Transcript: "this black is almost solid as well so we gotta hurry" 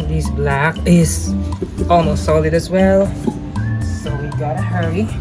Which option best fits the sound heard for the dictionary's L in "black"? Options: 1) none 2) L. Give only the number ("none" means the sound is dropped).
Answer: 2